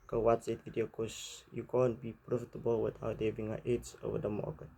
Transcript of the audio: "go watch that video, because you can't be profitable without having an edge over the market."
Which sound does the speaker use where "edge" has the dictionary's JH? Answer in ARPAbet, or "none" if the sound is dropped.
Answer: Z